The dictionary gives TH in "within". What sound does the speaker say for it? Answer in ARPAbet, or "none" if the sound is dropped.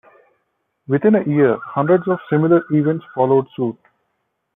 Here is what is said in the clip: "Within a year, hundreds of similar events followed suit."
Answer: T